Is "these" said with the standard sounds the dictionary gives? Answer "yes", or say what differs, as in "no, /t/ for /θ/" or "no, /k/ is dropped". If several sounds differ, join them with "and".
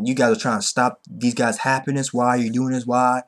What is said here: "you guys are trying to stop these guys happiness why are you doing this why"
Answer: yes